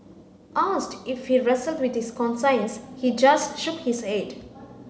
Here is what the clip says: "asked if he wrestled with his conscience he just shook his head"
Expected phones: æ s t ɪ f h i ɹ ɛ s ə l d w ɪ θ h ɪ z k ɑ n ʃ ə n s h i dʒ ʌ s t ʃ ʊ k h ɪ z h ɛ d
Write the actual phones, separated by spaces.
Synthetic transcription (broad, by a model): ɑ s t ɪ f h i ɹ ɛ s ə l d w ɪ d h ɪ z k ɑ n s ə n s h i dʒ ʌ s t ʃ ʊ k h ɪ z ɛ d